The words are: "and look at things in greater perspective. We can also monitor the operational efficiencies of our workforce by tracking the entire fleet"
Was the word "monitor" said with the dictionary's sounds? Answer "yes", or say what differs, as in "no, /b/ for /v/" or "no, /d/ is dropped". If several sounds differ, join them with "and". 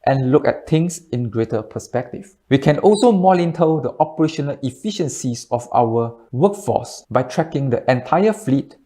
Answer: no, /l/ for /n/